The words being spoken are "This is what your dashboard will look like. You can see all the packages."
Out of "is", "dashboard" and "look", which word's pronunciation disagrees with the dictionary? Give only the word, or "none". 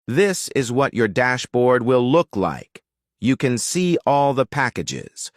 none